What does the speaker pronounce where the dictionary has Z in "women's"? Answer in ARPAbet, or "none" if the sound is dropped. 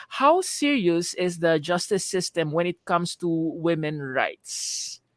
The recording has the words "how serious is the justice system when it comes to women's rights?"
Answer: none